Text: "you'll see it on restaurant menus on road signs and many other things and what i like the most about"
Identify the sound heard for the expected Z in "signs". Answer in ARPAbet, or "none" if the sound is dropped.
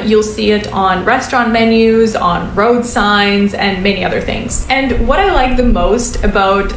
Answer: Z